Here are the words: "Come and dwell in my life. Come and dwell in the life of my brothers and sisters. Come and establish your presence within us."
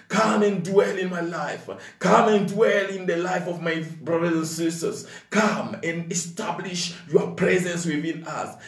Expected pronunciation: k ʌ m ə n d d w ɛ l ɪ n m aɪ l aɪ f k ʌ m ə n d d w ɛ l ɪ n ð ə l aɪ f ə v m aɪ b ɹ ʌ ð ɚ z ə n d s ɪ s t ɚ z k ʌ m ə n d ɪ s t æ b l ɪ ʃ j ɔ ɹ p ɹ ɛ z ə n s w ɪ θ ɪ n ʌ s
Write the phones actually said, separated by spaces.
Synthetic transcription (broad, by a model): k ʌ m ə n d d w ɛ l ɪ n m aɪ l aɪ f k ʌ m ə n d d w ɛ l ɪ n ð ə l aɪ f ə v m aɪ b ɹ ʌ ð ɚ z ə n s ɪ s t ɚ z k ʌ m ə n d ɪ s t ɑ b l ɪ ʃ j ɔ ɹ p ɹ ɛ z ə n s w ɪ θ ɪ n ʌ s